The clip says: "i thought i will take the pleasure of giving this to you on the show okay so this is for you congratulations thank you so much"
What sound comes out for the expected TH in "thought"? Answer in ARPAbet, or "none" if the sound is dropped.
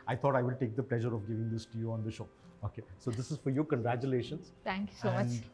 T